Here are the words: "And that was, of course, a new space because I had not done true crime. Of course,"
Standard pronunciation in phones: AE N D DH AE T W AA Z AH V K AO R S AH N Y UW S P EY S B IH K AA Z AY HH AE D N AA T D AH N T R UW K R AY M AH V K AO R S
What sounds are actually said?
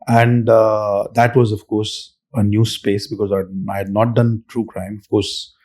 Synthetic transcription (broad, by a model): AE N D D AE T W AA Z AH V K AO R S AH N Y UW S P EY S B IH K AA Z AY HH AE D N AA T D AH N T R UW K R AY M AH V K AO R S